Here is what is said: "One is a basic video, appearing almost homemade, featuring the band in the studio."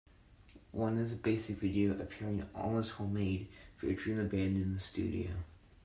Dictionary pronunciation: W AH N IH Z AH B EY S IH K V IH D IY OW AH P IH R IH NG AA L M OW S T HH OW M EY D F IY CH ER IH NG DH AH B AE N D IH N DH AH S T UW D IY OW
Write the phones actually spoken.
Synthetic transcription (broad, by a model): W AH N IH Z AH B EY S IH K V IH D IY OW AH P IH R IH NG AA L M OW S HH OW M EY D F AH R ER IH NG DH AH B AE N D IH N DH AH S T UW D IY OW